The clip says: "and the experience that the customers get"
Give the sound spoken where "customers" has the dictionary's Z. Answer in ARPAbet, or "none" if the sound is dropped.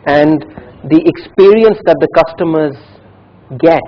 Z